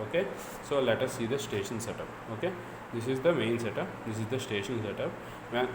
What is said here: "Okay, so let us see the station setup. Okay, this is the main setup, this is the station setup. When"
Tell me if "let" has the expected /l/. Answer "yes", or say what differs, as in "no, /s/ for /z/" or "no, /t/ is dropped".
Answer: yes